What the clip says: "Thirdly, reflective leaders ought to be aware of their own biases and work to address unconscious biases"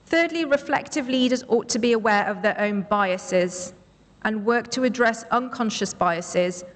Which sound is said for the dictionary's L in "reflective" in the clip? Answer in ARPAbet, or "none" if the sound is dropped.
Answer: L